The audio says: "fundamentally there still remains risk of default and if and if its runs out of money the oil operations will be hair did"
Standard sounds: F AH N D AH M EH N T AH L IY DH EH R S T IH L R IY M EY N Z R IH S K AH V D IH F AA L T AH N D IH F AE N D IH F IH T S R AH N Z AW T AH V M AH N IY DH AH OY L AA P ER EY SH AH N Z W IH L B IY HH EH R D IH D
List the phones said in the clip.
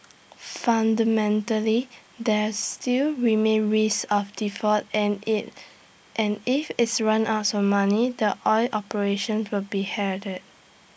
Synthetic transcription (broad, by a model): F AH N D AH M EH N T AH L IY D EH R S T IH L R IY M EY N R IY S AH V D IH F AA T T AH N N IH F IH T S R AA N AW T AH M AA N IY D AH OY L AA P ER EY SH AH N S W IH L B IY HH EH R D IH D